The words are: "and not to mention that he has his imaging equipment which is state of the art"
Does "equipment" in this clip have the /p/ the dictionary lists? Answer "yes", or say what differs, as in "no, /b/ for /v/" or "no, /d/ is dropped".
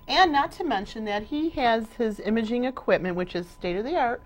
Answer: yes